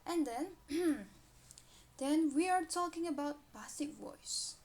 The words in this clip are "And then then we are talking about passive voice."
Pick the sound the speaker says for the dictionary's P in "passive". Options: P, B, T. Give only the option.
B